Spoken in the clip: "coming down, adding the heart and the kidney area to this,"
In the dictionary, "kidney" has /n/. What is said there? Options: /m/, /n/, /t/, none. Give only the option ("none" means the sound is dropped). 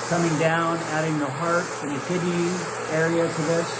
none